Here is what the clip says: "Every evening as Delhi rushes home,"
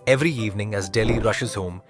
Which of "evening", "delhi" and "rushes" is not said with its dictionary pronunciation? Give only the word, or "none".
none